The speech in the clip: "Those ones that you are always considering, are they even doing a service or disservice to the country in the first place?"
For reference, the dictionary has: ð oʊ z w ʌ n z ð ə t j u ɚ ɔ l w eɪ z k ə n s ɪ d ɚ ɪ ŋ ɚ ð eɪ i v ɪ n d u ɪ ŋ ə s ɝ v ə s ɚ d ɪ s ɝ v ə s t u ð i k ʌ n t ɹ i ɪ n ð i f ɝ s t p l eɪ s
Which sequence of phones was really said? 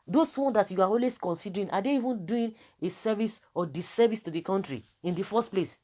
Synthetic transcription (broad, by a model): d oʊ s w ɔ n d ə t j u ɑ ɔ l w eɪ s k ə n s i d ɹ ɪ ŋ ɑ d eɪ i v ɪ n d u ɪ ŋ ə s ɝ v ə s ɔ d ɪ s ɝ v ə s t u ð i k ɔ n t ɹ i ɪ n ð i f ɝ s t p l eɪ s